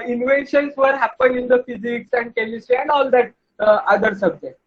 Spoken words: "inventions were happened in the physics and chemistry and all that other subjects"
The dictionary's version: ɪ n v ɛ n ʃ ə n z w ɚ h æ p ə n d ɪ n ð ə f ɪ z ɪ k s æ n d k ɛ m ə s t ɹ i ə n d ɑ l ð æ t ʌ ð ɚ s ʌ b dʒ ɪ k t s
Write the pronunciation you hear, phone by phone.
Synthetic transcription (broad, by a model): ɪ n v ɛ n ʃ ə n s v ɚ h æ p ə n ɪ n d ə f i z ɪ k s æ n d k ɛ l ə s t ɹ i ə n d ɑ l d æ t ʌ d ɚ s ʌ b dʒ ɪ k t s